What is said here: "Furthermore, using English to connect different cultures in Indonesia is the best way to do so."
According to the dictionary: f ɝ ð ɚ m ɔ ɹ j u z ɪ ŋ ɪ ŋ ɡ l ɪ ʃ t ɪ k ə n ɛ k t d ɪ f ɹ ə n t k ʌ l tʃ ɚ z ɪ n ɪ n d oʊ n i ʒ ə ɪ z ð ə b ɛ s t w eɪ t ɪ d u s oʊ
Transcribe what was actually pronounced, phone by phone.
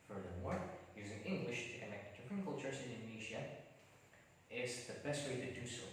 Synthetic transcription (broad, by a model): f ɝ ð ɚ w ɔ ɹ j u z ɪ ŋ ɪ ŋ ɡ l ɪ ʃ t ɪ k ə n ɛ k t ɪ p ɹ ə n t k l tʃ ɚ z ɪ n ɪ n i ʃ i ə ɪ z ð ə b ɛ s t w eɪ t ɪ d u s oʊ